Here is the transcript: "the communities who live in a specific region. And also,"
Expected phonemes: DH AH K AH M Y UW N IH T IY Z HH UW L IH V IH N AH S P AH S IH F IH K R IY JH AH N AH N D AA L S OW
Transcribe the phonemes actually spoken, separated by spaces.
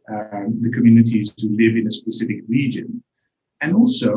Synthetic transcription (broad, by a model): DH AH K AH M Y UW N IH T IY Z HH UW L IH V IH N AH S P AH S IH F IH K R IY JH AH N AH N AA L S OW